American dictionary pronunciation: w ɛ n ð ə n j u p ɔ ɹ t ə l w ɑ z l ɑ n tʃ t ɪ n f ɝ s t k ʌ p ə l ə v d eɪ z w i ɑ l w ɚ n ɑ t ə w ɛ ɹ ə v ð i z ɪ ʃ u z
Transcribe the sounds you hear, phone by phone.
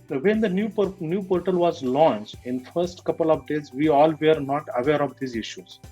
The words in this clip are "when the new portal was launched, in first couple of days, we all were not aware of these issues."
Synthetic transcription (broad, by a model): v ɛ n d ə n j u p ɔ ɹ t ə l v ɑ z l ɑ n tʃ t ɪ n f ɝ s t k ʌ p ə l ə v d eɪ z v i ɑ l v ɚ n ɑ t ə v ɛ ɹ ə v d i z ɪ ʃ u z